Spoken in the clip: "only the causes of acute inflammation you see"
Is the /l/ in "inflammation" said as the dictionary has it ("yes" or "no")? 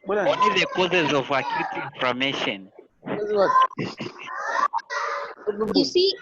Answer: no